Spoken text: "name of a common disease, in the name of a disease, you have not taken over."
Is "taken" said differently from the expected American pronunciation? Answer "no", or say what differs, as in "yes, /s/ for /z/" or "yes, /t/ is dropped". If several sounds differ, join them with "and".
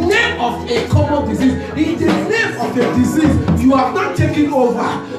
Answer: no